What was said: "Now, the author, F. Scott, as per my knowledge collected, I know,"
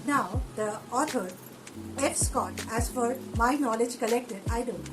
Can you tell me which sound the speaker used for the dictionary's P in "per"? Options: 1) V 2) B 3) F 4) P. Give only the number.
3